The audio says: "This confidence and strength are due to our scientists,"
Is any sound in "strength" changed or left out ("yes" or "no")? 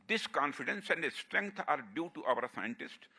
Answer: yes